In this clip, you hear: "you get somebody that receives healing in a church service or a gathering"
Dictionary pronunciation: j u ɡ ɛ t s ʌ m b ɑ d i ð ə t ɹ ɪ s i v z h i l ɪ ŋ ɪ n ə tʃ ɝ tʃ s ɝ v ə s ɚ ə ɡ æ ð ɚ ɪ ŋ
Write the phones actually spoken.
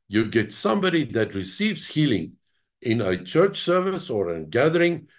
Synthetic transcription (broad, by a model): j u ɡ ɛ t s ʌ m b ɑ d i ð ə t ɹ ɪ s i v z h i l ɪ ŋ ɪ n ə tʃ ɝ tʃ s ɝ v ə s ɚ ə ɡ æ ð ɚ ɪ ŋ